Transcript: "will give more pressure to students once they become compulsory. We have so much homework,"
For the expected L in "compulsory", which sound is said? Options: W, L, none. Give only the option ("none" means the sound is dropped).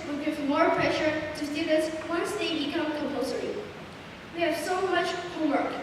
none